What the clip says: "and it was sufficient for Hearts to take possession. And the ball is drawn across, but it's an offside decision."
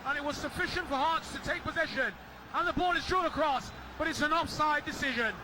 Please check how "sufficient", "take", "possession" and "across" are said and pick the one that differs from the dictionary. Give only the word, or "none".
none